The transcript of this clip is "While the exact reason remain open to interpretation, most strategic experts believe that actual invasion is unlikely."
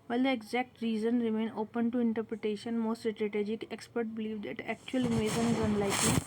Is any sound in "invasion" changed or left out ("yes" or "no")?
yes